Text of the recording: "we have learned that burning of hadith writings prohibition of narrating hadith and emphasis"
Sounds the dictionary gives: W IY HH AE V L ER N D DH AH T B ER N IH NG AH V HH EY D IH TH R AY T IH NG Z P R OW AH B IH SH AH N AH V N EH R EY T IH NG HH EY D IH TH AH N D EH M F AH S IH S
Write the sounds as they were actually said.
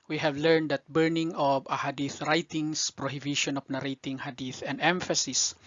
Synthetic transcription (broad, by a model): W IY HH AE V L ER N D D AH T B ER N IH NG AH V HH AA D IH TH R AY T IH NG S P R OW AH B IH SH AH N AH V N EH R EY T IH NG HH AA D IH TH AH N D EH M F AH S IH S